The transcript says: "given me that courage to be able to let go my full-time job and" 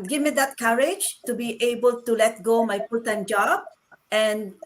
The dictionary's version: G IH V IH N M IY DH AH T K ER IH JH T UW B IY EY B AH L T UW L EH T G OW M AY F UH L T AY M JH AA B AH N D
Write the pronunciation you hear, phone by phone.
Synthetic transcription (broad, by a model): G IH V M IY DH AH T K ER IH JH T UW B IY EY B AH L T UW L EH T G OW M AY P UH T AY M JH AA B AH N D